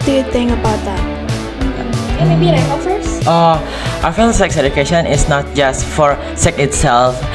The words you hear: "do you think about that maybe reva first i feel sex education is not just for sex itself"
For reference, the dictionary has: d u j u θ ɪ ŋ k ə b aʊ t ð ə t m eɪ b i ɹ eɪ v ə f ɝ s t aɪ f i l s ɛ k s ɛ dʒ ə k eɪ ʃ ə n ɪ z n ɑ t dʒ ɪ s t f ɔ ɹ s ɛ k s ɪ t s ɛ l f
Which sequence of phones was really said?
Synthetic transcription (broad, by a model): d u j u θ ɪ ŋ ə b aʊ t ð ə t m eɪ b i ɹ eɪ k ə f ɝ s t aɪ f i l s ɛ k s ɛ dʒ ə k eɪ ʃ ə n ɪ s n ɑ t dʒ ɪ s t f ɔ ɹ s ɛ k ɪ t s ɛ l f